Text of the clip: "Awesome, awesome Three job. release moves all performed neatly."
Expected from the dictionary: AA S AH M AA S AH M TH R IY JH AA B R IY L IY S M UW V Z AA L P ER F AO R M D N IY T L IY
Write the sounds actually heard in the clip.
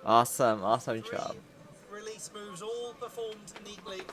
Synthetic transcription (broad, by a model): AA S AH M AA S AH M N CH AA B R IY L IY S M UW V Z AA L P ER F AO M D N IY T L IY